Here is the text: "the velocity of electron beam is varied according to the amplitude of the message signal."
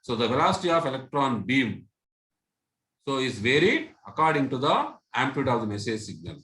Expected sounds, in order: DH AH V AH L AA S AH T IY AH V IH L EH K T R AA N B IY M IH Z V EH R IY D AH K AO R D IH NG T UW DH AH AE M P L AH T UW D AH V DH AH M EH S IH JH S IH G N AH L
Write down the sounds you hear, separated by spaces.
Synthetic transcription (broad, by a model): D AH V AH L AA S AH T IY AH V IH L EH K T R AA N B IY M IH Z V EH R IY D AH K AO R D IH NG T UW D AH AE M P AH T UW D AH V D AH M EH S IH JH S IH G N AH L